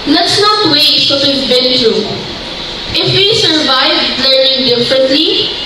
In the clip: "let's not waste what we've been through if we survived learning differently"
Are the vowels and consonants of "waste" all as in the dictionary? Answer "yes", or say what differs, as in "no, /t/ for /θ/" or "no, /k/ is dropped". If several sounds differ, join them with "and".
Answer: no, /s/ is dropped